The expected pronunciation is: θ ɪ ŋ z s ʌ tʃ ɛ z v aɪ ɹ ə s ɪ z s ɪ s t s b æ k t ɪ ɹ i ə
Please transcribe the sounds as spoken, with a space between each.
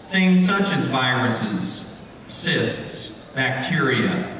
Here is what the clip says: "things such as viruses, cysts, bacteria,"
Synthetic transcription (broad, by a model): θ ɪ ŋ s ʌ tʃ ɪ z v aɪ ɹ ə s ɪ z s ɪ s t s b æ k t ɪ ɹ i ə